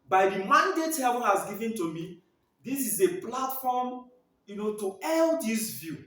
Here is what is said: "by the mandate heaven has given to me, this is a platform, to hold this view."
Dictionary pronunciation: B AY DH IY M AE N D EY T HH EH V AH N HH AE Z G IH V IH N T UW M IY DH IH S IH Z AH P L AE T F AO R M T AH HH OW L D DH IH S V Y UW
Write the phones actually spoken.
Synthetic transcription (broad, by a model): B AY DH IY M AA N D EY T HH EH B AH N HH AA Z G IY V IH N T UW M IY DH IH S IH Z AH P L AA T F AO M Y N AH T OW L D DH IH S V Y UW